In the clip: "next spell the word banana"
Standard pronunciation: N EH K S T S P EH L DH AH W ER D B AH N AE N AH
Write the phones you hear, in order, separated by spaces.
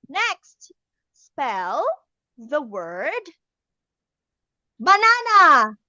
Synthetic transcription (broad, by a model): N EH K S T S P EH L DH AH W ER D B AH N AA N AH